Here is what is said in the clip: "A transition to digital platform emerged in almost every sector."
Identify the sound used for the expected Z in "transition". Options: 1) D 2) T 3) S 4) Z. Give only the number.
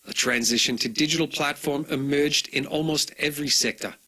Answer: 4